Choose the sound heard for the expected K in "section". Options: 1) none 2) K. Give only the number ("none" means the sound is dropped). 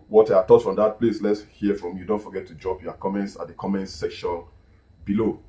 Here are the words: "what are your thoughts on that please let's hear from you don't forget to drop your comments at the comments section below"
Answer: 2